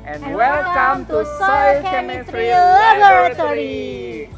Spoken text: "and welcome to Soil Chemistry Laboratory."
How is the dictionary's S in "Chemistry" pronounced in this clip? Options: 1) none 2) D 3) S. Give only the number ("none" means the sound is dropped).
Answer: 1